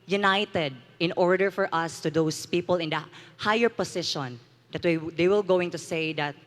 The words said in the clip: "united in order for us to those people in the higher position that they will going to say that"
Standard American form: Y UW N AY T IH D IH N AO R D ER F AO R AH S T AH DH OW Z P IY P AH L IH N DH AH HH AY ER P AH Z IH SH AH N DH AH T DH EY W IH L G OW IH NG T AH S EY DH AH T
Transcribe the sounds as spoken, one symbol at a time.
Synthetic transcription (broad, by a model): Y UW N AY T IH D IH N AO R D ER F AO R AH S T AH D OW S P IY P AH L IH N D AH HH AY ER P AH S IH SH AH N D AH T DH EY W IH L G OW IH NG T AH S EY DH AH T